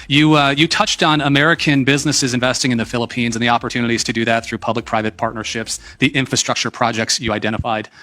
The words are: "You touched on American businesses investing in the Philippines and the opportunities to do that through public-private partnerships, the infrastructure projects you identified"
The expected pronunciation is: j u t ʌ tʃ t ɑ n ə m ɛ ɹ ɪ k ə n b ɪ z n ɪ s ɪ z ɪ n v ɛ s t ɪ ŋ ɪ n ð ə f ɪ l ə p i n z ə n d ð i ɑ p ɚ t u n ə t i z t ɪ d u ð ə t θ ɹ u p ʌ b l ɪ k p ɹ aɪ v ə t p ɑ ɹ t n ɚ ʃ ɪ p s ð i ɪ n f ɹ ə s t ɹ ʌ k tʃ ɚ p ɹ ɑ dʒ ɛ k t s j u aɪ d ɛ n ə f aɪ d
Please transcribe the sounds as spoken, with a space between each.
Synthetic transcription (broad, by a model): j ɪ t ʌ tʃ t n ə m ɛ ɹ ɪ k ə n b ɪ z n ɪ s ɪ z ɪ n v ɛ s t ɪ ŋ ɪ n ð ə f ɪ l ə p i n z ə n ð i ɑ p ɚ t u n ə t i z t ɪ d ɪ ð ə t θ ɹ u p ʌ b l ɪ k p ɹ aɪ v ə t p ɑ ɹ t n ɚ ʃ ɪ p s ð i ɪ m f ɹ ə s t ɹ ʌ k tʃ ɚ p ɹ ɑ dʒ ɛ k t s j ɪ aɪ d ɛ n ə f aɪ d